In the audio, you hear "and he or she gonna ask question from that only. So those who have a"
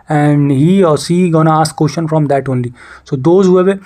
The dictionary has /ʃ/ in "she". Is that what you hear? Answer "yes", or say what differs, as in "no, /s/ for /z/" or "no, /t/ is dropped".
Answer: no, /s/ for /ʃ/